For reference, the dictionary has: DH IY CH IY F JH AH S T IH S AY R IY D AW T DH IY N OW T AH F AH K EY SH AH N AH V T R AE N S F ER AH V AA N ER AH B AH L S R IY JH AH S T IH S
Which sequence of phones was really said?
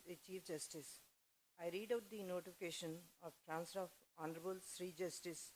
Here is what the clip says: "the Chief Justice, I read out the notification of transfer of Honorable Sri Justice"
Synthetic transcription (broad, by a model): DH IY CH IY F JH AH S T IH S AY R IY D AW T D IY N OW T AH F AH K EY SH AH N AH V T R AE N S ER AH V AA N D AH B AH L S R IY JH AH S T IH S